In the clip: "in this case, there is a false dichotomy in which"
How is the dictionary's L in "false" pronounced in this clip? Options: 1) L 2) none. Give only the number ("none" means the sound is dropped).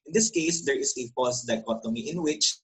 2